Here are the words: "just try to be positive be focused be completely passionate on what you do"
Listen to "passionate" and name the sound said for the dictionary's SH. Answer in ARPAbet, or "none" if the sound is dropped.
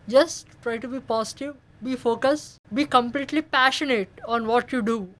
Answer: SH